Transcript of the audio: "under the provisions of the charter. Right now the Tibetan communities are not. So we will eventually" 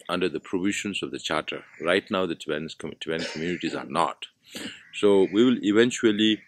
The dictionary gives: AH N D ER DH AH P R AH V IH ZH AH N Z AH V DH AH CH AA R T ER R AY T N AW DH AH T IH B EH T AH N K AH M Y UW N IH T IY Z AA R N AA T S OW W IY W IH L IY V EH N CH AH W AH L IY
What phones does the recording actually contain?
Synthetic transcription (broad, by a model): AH N D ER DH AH P R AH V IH SH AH N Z AH V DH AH CH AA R T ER R AY T N AW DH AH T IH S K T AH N K AH M Y UW N IH T IY Z AA R N AA T S OW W IY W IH L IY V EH N CH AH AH L IY